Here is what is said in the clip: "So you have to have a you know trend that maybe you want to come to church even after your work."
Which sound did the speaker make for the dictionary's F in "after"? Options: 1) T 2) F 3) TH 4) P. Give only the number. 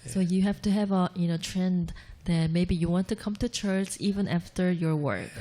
2